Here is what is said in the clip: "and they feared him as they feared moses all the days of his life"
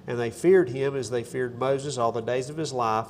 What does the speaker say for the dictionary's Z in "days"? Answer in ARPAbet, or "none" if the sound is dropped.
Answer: Z